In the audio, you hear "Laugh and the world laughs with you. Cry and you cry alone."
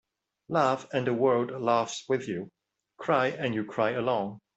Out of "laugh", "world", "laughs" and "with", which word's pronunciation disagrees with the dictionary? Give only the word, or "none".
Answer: world